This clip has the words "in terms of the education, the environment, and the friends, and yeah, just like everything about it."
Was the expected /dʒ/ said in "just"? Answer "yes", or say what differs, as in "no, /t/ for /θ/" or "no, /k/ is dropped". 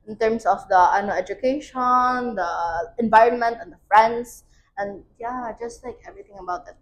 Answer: yes